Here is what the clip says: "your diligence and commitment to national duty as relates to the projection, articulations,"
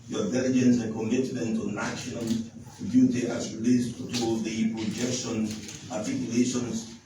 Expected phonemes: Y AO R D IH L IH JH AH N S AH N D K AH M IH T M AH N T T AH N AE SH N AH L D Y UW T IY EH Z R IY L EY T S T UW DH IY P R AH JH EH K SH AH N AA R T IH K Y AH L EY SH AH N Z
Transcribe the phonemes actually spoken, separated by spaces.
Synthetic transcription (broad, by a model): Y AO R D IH L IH JH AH N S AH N K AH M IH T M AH N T T AH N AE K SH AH N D Y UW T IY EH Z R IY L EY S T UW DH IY P R AH JH EH K SH AH N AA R T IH K Y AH L EY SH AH N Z